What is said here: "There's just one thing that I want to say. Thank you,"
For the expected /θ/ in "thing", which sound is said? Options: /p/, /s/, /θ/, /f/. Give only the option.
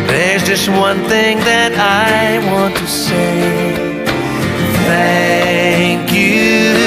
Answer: /θ/